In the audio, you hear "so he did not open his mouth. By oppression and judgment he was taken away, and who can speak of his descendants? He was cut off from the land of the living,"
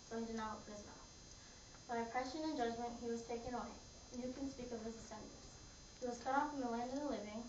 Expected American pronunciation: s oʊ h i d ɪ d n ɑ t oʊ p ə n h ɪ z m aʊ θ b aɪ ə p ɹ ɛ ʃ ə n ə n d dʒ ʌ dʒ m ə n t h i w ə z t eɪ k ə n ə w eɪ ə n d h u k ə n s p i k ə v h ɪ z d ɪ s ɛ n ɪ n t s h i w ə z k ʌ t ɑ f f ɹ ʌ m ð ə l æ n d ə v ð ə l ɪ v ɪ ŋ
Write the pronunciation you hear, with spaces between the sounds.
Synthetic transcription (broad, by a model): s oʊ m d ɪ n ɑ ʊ ə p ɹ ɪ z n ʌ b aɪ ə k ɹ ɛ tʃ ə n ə n dʒ ʌ dʒ m ə n t h i w ə z t eɪ k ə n ə w eɪ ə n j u k ə n s p i k ə v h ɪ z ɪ s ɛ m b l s h i w ə z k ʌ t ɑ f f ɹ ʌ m ð ə l æ n d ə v ð ə l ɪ v ɪ ŋ